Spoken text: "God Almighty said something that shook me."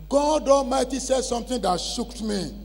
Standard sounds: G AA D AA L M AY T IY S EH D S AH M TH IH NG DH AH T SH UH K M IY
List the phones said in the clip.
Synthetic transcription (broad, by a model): G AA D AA M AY T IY S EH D S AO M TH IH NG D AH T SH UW K M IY